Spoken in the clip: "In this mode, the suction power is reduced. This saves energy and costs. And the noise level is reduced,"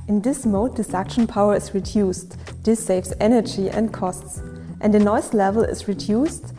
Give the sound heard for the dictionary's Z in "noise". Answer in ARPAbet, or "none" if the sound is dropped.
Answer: S